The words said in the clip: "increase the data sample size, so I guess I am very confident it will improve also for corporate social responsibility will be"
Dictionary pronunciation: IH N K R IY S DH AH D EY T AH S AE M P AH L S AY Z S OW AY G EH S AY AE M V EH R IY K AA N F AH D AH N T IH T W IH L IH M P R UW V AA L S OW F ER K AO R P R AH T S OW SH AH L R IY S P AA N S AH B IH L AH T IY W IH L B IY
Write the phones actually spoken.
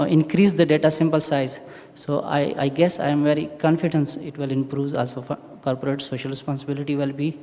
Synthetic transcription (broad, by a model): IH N K R IY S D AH D EY T AH S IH M P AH L S AY Z S OW AY G EH S AY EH M V EH R IY K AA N F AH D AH N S IH T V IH L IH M P R UW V AA L S OW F K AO R P R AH T S OW SH AH L R IY S P AA N S AH B IH L AH T IY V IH L B IY